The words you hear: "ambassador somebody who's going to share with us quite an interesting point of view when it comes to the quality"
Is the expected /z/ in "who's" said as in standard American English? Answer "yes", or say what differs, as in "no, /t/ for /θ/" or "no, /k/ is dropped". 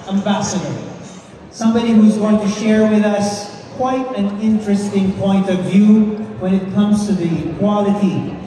yes